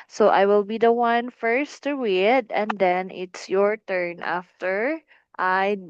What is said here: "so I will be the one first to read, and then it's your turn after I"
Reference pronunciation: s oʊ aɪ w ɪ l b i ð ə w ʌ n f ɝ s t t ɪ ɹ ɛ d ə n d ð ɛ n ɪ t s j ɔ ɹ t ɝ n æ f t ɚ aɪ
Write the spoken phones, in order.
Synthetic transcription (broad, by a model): s oʊ aɪ w ɪ l b i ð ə w ʌ n f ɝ s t t ɪ w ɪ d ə n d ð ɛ n ɪ t s j ɔ ɹ t ɝ n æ f t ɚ aɪ